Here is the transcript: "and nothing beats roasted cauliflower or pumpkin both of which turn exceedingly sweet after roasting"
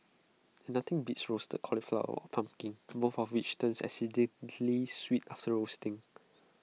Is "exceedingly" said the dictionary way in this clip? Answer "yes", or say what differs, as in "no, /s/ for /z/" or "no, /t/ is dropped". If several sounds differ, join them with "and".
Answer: no, /k/ is dropped and /ŋ/ is dropped